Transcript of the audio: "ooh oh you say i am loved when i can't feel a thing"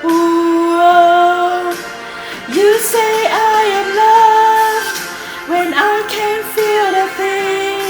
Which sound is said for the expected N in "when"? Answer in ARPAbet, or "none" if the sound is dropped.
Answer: N